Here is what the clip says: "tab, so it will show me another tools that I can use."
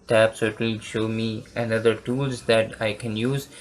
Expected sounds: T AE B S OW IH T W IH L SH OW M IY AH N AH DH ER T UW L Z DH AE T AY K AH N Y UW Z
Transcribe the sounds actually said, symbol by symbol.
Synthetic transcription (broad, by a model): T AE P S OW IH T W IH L SH OW M IY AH N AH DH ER T UW L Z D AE T AY K AH N Y UW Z